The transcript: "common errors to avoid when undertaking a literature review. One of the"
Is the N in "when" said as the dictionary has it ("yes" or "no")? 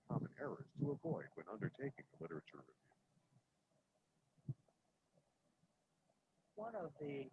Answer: yes